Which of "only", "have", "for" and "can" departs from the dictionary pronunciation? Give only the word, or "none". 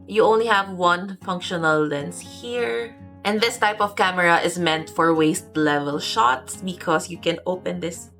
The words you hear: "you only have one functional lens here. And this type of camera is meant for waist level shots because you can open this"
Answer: none